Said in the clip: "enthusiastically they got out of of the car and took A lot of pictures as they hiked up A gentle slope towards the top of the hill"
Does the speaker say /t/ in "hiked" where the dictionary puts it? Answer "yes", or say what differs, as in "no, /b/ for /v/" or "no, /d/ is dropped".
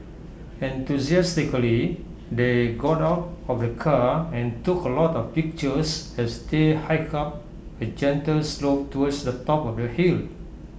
no, /t/ is dropped